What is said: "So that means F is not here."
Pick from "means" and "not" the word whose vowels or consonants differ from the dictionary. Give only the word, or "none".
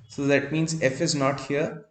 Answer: none